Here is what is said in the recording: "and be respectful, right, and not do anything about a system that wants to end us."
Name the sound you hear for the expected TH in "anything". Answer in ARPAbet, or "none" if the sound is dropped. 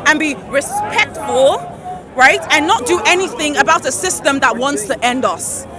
TH